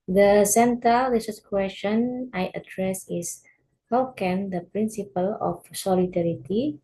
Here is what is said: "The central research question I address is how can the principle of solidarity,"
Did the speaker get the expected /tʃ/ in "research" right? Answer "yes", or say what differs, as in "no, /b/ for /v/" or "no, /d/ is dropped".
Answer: no, /s/ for /tʃ/